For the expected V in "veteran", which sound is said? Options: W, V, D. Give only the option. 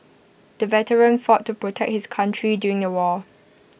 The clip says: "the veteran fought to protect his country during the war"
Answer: V